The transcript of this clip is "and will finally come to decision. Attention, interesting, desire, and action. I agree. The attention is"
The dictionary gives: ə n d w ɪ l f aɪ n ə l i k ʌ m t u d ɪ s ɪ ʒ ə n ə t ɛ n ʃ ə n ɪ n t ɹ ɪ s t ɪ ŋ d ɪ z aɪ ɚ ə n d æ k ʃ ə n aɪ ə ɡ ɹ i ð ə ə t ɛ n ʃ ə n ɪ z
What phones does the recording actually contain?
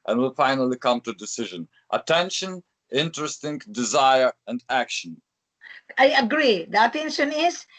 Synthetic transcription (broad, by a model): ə n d w ɪ l f aɪ n ə l i k ʌ m t u d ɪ s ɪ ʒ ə n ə t ɛ n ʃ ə n ɪ n t ɹ ɪ s t ɪ ŋ d ɪ z aɪ ɚ ə n d æ k ʃ ə n aɪ ə ɡ ɹ i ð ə ə t ɛ n ʃ ə n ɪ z